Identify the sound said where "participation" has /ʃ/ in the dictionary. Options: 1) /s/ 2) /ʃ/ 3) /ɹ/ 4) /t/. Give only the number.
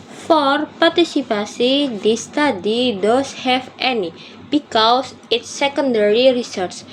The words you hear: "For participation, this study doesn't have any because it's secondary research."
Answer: 1